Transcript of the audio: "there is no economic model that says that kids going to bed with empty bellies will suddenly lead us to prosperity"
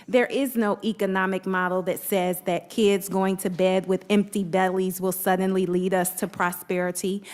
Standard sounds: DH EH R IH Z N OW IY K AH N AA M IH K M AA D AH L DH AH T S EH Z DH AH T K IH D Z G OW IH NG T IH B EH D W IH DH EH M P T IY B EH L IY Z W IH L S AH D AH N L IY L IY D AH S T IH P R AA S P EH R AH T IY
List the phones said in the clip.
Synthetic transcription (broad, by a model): DH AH R IH Z N OW IY K AH N AA M IH K M AA D L DH AH T S EH Z DH AH T K IH D Z G OW IH NG T IH B EH D W IH DH EH M P T IY B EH L IY Z W IH L S AH D N L IY L IY D AH S T IH P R AA S P EH R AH T IY